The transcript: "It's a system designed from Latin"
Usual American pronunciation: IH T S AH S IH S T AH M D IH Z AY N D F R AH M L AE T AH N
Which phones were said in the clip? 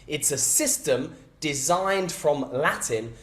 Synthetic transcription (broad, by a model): IH T S AH S IH S T AH M D IH Z AY N D F R AH M L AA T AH N